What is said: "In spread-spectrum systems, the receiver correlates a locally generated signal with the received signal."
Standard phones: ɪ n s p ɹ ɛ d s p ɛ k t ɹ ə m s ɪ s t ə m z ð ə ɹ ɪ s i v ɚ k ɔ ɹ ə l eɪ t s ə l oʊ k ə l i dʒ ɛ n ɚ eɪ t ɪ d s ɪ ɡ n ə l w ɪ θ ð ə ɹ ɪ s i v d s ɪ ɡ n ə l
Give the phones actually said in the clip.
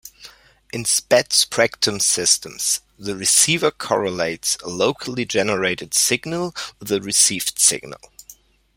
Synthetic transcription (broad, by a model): ɪ n s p ɛ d s p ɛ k t ə m s ɪ s t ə m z ð ə ɹ ɪ s i v ɚ k ɔ ɹ ə l eɪ t s ə l oʊ k ə l i dʒ ɛ n ɚ eɪ t ɪ d s ɪ ɡ n ə l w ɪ ð ə ɹ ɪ s i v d s ɪ ɡ n ə l